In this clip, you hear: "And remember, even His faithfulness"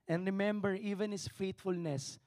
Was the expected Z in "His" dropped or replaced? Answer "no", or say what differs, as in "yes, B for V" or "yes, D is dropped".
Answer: yes, S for Z